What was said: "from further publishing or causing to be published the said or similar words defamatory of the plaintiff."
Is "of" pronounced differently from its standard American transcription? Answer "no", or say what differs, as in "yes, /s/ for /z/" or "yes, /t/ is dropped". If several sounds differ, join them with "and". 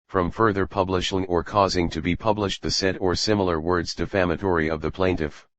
no